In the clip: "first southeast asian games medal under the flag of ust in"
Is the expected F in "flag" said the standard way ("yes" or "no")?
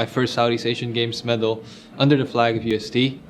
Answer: yes